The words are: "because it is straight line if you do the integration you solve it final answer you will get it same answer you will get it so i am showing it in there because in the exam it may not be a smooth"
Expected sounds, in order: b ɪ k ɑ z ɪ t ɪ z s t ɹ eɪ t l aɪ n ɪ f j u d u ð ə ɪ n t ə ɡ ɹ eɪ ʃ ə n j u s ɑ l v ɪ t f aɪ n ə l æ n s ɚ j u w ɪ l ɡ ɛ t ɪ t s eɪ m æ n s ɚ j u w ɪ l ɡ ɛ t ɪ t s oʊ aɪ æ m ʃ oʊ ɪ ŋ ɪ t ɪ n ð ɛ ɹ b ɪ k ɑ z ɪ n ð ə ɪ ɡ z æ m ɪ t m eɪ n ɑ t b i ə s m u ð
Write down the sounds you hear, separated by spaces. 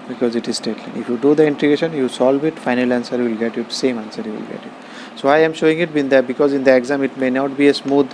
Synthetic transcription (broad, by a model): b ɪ k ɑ z ɪ t ɪ z s t eɪ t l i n ɪ f j u d u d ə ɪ n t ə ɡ eɪ ʃ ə n j u s ɑ l v ɪ t f aɪ n ə l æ n s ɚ j u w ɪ l ɡ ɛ t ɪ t s eɪ m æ n s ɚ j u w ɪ l ɡ ɛ t ɪ t s oʊ aɪ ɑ m ʃ oʊ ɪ ŋ ɪ t ɪ n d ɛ b ɪ k ɑ z ɪ n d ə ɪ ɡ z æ m ɪ t m eɪ n ɑ t b i ə s m u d